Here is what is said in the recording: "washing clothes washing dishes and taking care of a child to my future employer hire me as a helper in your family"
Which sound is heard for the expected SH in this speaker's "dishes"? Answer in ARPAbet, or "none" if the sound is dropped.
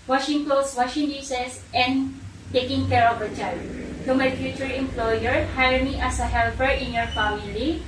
S